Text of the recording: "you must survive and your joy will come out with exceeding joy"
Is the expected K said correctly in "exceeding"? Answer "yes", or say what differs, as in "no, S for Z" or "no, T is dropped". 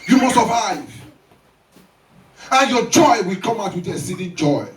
no, K is dropped